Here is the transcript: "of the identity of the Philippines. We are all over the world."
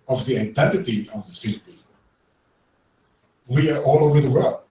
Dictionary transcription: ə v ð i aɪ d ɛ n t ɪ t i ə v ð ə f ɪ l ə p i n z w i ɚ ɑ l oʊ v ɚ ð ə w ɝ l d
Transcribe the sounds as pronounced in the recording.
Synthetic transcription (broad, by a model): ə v ð i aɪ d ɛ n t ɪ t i ə v ð ə f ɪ l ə p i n w i ɚ ɑ l oʊ v ɚ ð ə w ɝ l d